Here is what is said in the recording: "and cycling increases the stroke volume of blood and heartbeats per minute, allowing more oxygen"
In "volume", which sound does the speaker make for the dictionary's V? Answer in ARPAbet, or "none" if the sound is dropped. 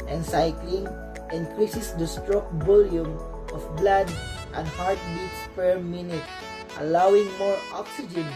B